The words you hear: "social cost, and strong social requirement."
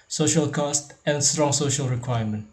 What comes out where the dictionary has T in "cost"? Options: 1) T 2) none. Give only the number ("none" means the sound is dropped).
1